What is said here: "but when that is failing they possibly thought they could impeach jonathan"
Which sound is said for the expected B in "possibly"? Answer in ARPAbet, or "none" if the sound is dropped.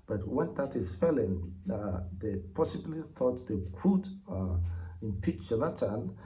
B